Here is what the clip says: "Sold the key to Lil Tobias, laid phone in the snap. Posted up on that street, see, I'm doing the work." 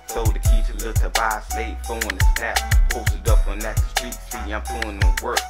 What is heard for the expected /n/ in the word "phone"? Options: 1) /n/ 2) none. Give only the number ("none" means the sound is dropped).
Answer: 2